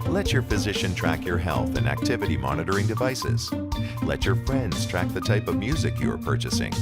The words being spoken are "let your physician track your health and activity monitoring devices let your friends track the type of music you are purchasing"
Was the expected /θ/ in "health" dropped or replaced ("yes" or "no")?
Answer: no